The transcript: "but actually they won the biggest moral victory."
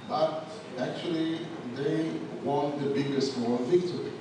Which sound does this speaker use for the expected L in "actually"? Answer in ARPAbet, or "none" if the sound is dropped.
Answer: L